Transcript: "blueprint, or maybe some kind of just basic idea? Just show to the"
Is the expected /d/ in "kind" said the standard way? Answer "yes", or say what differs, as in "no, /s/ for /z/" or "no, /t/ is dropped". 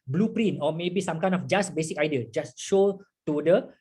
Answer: no, /d/ is dropped